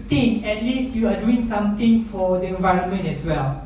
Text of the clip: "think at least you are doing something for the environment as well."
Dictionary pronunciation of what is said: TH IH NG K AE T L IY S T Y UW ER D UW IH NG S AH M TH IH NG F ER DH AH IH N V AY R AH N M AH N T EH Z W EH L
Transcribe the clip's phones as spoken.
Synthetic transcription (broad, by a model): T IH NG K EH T L IY S T Y UW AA D UW IH NG S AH M T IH NG F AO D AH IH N V AY R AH N M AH N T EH S W EH L